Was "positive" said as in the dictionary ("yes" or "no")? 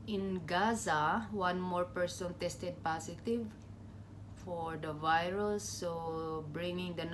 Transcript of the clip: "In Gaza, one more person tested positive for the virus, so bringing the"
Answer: no